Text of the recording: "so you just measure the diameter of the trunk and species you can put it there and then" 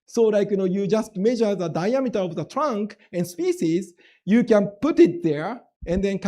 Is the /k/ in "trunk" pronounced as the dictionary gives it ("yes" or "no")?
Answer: yes